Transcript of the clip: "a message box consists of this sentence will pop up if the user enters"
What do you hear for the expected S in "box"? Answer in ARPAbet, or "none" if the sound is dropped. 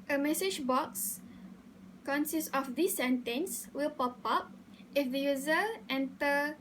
S